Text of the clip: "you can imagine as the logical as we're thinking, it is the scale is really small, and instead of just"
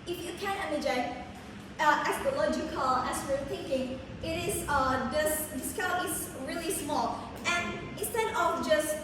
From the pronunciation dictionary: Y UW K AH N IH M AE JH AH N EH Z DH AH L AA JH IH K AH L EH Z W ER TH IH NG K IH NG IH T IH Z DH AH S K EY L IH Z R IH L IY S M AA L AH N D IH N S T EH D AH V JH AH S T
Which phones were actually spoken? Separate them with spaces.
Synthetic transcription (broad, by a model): Y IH K AH N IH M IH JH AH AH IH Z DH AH L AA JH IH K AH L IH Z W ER TH IH NG K IH NG IH T IH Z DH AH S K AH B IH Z R IH L IY S M AA L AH N IH N S T EH D AH V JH AH S T